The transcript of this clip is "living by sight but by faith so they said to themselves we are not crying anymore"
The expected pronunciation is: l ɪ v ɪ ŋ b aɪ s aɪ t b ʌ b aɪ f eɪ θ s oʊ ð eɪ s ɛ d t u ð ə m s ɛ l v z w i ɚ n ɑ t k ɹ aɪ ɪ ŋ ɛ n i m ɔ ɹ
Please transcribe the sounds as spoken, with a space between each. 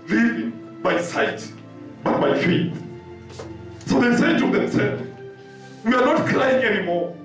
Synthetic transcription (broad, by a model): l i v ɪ b aɪ s aɪ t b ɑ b aɪ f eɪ t s oʊ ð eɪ s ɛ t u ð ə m s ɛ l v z w i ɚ n ɑ t k ɹ aɪ ɪ ŋ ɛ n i m ɔ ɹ